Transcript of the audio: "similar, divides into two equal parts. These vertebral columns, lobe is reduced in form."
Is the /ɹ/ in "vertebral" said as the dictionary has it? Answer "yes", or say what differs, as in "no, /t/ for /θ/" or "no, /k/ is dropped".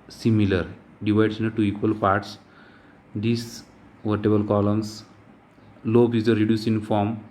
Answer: no, /ɹ/ is dropped